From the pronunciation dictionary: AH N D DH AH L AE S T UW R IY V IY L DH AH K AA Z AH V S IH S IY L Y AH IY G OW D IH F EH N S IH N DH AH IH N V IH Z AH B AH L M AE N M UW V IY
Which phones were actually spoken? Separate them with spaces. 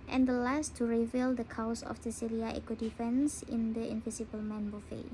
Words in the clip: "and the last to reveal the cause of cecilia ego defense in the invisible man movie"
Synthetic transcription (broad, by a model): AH N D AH L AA S T UW R IY V IY L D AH K AA S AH F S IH S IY L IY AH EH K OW D IH F EH N S IH N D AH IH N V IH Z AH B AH L M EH N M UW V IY